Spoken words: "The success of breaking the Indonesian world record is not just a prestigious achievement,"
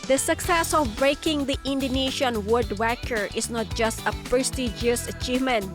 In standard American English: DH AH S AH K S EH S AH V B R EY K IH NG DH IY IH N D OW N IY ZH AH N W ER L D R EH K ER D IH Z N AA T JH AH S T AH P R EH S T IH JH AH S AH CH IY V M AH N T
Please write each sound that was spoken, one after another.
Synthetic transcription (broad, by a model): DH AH S AH K S EH S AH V B R EY K IH NG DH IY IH N D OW N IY SH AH N W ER D W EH K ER IH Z N AA T JH AH S T AH P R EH S T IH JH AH S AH CH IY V M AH N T